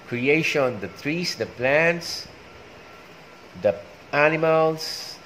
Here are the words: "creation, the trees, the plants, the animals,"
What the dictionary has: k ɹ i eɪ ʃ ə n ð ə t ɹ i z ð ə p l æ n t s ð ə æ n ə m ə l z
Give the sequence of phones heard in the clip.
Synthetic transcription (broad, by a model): k ɹ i eɪ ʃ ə n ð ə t ɹ i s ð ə p l æ n t s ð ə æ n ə m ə l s